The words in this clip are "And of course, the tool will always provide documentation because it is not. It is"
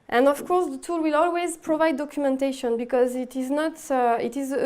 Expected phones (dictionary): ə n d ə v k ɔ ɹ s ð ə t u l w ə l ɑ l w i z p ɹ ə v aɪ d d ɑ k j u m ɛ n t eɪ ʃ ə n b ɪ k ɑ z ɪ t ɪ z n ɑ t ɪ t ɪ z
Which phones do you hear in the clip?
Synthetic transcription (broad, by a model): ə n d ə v k ɔ ɹ s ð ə t u l w ə l ɑ l w i z p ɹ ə v aɪ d d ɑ k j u m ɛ n t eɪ ʃ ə n b ɪ k ɑ z ɪ t ɪ z n ɑ t ɪ t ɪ z